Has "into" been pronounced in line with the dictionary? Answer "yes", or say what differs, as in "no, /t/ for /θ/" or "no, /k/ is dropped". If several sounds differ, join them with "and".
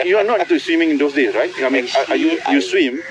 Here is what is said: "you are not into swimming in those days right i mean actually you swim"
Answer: no, /n/ is dropped